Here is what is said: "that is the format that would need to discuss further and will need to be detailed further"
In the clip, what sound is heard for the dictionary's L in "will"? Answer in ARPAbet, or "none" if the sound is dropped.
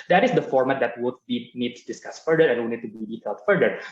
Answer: N